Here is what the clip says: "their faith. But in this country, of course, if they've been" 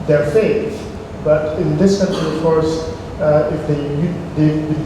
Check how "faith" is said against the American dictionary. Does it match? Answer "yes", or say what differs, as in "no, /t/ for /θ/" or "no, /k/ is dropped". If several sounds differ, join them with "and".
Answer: no, /t/ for /θ/